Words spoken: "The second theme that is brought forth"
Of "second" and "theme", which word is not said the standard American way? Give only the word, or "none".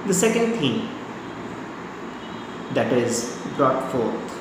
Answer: theme